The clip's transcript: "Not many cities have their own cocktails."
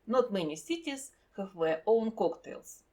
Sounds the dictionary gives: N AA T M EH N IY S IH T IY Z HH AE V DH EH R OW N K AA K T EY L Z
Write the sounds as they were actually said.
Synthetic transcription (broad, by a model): N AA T M EH N IY S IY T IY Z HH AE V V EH OW N K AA K T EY L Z